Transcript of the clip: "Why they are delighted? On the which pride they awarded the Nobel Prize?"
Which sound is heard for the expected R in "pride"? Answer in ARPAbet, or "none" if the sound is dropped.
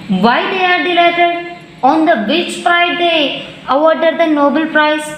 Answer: none